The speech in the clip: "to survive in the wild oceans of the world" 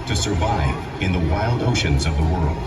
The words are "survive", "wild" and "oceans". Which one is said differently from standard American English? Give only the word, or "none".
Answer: none